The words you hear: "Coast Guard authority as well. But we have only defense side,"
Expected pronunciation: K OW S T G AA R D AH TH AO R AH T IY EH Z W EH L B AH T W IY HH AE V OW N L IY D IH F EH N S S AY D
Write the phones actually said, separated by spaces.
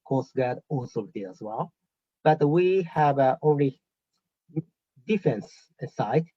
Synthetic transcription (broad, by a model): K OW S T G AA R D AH S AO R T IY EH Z W EH L B AH T W IY HH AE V OW N L IY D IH F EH N S S AY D